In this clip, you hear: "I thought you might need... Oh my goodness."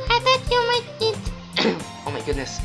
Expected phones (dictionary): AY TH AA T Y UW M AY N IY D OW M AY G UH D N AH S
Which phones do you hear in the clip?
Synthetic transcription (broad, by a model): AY T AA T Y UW M AY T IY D OW M AY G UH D N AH S